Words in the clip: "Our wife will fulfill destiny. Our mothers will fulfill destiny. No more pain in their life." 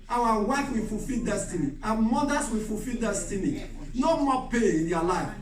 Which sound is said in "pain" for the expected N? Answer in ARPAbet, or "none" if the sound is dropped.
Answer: none